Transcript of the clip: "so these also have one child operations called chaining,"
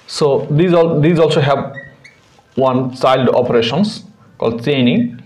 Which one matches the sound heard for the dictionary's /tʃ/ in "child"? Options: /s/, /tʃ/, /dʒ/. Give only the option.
/s/